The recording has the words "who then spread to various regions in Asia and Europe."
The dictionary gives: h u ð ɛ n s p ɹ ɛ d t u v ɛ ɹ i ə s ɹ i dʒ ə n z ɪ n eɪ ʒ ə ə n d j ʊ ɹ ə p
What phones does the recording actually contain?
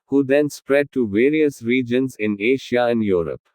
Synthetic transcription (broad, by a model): h u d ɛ n s p ɹ ɛ d t u v ɛ ɹ i ə s ɹ i dʒ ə n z ɪ n eɪ ʃ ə ə n d j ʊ ɹ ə p